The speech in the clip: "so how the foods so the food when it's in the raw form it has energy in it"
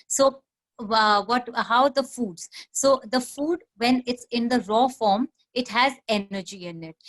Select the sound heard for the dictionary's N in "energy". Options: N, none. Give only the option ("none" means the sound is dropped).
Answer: none